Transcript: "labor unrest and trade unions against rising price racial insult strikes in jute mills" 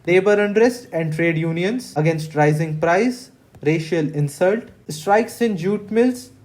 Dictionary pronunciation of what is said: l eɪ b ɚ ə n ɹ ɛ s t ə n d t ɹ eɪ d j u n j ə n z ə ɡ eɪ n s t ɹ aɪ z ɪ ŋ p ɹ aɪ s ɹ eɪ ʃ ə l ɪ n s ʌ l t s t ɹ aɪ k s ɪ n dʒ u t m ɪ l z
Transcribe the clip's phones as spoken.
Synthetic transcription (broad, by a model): l eɪ b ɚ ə n ɹ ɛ s t ə n d t ɹ eɪ d j u n j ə n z ə ɡ eɪ n s t ɹ aɪ z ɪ ŋ p ɹ aɪ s ɹ eɪ ʃ ə l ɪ n s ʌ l t s t ɹ aɪ k s ɪ n dʒ u t m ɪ l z